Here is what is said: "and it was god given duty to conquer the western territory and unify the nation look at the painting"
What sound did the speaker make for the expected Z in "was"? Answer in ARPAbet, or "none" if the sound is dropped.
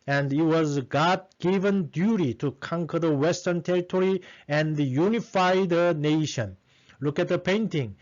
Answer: Z